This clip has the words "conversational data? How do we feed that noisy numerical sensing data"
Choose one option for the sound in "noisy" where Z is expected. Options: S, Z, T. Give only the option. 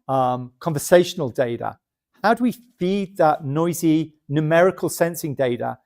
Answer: Z